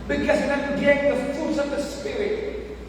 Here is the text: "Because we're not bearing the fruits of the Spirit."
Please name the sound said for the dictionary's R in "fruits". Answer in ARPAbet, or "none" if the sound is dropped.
none